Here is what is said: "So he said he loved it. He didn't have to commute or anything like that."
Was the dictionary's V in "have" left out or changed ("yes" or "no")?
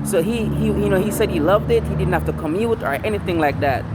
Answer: yes